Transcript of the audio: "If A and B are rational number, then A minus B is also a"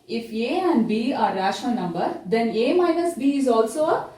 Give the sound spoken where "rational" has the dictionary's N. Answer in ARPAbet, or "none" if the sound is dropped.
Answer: none